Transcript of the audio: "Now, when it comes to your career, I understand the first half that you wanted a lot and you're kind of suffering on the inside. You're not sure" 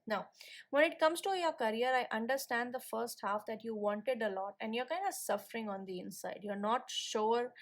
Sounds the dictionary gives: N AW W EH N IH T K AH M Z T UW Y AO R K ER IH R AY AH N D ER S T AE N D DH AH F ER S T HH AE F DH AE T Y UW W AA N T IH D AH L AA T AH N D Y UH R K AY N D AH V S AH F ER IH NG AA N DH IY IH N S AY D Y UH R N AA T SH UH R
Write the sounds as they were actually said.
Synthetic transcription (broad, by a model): N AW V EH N IH T K AH M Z T UW Y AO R K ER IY R AY AH N D ER S T AE N D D AH F ER S T HH AE F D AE T Y UW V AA N T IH D AH L AA T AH N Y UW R K AY N D AH V S AH F ER IH NG AA N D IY IH N S AY D Y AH R N AA T SH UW R